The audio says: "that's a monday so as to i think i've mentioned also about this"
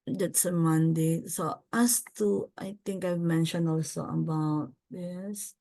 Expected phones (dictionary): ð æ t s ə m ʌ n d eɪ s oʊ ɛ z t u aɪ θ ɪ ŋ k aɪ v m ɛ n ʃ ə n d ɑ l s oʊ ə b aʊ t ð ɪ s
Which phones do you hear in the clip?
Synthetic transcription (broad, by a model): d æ t s ə m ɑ n d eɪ s oʊ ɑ s t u aɪ t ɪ ŋ k aɪ v m ɛ n ʃ ə n d ɑ l s oʊ ə b aʊ t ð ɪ s